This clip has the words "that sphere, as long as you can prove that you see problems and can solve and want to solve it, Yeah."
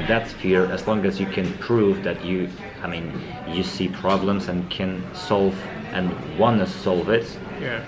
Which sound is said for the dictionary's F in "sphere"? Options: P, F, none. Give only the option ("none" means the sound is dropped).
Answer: F